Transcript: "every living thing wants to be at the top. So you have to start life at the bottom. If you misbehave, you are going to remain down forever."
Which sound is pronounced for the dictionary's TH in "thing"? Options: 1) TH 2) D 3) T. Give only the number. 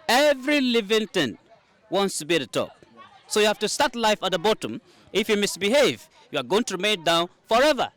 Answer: 3